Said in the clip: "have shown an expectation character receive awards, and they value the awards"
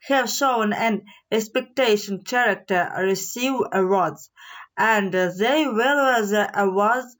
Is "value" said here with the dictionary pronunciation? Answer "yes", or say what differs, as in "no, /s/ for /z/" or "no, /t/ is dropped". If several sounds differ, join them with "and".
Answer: no, /w/ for /v/